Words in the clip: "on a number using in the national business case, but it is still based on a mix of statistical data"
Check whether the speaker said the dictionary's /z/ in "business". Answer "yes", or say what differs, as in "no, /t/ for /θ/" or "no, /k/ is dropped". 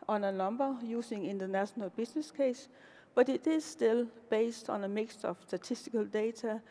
no, /s/ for /z/